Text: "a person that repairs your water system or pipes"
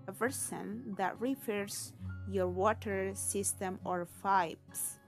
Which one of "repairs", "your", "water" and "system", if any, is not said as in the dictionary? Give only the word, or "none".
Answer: repairs